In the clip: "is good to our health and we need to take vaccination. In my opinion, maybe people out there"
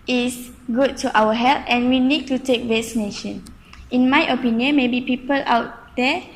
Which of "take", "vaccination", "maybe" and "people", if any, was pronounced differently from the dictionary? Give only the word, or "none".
vaccination